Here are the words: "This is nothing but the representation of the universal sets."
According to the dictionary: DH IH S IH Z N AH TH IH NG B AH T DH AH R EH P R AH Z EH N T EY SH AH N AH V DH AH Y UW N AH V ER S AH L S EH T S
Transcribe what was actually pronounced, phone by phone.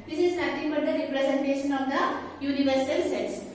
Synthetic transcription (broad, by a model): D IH S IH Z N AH T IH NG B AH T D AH R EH P R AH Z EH N T EY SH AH N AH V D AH Y UW N AH V ER S AH L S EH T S